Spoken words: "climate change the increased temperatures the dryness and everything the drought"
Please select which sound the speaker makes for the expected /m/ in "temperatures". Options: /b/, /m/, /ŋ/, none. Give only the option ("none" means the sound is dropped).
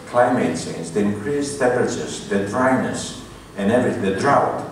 none